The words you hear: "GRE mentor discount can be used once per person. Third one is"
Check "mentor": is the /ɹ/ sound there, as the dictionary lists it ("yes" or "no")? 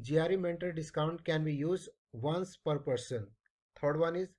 no